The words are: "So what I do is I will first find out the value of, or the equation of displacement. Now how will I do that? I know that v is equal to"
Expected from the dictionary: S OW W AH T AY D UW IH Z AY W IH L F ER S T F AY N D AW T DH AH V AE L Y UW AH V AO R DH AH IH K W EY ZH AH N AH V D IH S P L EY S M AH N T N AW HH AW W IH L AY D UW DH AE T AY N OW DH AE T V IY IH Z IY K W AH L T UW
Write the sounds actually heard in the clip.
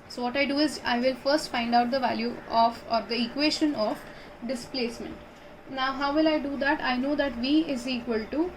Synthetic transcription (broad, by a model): S OW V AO T AY D UW IH Z AY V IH L F ER S T F AY N D AW T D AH V AE L Y UW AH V AO R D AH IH K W EY SH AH N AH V D IH S P L EY S M AH N T N AW HH AW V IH L AY D UW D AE T AY N OW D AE T V IY IH Z IY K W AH L T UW